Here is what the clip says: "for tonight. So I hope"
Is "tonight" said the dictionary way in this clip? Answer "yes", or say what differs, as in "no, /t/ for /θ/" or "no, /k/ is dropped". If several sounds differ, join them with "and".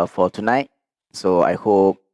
yes